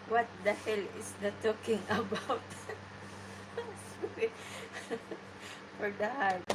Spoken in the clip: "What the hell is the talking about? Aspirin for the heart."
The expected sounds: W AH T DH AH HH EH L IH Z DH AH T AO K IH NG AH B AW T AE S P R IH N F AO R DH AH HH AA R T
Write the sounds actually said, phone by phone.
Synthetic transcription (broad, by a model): W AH T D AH HH EH L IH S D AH T AO K IH NG AH B AW T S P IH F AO R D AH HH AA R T